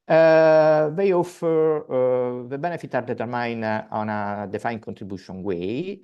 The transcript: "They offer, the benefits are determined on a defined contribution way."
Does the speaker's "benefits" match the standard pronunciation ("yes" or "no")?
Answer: no